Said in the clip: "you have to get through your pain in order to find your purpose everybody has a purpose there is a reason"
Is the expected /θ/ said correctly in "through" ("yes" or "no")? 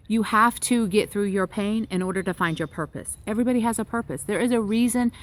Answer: yes